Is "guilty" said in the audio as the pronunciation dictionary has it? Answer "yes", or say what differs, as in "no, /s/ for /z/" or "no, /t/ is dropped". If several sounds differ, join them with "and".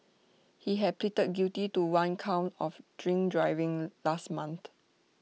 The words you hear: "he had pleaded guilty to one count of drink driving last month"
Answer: no, /l/ is dropped